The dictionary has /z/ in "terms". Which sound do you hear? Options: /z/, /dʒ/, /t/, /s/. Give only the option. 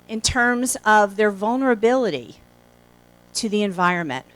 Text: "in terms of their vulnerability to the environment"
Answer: /z/